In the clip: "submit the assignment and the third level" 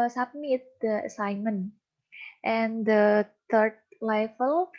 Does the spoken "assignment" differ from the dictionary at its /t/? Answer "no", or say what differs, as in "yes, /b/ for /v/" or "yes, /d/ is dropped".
no